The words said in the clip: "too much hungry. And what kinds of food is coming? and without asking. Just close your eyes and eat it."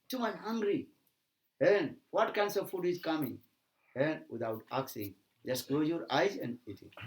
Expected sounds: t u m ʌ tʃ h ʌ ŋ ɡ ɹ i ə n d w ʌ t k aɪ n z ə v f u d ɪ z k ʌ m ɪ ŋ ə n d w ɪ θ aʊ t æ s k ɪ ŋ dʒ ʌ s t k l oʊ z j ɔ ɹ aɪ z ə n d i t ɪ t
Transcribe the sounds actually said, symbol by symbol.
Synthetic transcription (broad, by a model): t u m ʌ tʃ h ʌ ŋ ɡ ɹ i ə n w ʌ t k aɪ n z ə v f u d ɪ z k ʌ m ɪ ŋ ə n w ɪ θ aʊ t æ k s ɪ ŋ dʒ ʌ s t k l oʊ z j ɔ ɹ aɪ z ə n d i t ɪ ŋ